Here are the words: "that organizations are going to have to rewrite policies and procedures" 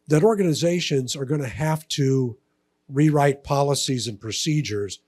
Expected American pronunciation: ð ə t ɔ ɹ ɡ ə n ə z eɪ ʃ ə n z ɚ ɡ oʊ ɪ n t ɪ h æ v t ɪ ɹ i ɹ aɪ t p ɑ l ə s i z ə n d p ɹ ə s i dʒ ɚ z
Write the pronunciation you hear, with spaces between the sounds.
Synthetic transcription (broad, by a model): ð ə t ɔ ɹ ɡ ə n ə z eɪ ʃ ə n z ɚ ɡ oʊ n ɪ h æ f t ɪ ɹ i ɹ aɪ t p ɑ l ə s i z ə n p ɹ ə s i dʒ ɚ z